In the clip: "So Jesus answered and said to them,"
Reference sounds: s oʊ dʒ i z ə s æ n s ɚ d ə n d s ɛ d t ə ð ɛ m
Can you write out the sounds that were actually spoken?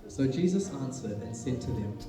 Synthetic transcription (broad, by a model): s oʊ dʒ i z ə s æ n s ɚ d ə n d s ɛ d t ə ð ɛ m